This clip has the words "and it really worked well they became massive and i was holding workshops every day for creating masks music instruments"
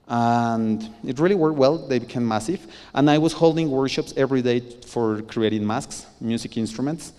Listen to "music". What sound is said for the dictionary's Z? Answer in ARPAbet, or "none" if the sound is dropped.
S